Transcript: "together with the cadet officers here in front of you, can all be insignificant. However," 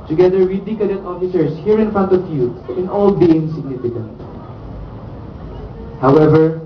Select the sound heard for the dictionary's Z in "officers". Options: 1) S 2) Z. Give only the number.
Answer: 1